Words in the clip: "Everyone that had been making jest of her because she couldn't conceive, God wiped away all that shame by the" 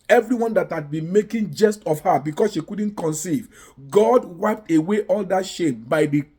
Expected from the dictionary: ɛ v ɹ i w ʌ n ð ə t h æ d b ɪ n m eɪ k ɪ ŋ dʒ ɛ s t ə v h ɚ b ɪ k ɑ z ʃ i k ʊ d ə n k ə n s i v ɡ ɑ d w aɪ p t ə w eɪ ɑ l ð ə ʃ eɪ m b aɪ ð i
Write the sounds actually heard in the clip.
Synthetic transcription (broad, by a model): ɛ v ɹ i w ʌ n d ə t h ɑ d b ɪ n m eɪ k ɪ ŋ dʒ ɛ s t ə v h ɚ b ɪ k ɑ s ʃ i k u d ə n k ə n s i v ɡ ɑ d w aɪ p t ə w eɪ ɑ l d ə ʃ eɪ m b aɪ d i